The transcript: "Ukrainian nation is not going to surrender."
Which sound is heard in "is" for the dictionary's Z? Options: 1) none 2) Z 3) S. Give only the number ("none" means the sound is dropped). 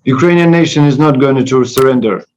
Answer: 2